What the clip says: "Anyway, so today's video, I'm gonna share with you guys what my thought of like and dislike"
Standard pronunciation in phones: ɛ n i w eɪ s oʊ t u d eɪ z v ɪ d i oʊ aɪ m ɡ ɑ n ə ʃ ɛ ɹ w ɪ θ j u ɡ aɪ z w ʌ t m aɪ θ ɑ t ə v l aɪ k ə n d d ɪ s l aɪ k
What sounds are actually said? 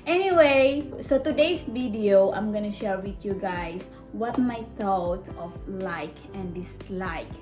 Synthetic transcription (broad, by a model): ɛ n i w eɪ s oʊ t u d eɪ s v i d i oʊ aɪ m ɡ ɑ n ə ʃ ɛ ɹ w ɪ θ j u ɡ aɪ s w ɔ t m aɪ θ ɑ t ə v l aɪ k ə n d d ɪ s l aɪ k